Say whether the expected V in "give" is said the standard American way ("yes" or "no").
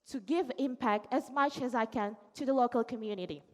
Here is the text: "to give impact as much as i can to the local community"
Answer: yes